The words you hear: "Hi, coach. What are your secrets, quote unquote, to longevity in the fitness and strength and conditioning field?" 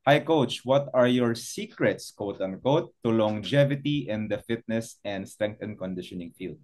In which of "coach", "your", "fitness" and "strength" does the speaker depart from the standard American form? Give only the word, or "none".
strength